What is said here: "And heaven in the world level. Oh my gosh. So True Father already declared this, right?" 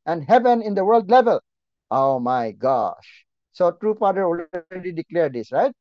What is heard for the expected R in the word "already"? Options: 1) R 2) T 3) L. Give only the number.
3